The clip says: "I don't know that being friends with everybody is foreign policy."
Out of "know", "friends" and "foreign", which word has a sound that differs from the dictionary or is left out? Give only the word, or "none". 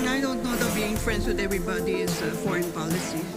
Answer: friends